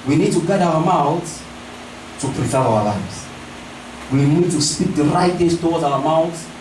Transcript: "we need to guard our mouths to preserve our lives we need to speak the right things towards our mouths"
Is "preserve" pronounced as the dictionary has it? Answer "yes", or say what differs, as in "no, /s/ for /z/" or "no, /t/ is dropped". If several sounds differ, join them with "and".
no, /v/ is dropped